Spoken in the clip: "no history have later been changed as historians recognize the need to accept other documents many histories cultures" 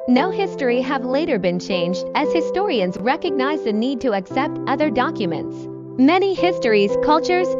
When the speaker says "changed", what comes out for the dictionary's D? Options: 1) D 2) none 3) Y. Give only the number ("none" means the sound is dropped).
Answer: 1